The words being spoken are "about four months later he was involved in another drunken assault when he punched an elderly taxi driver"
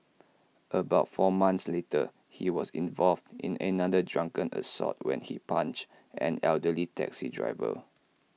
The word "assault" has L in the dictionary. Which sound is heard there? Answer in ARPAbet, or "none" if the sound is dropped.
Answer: none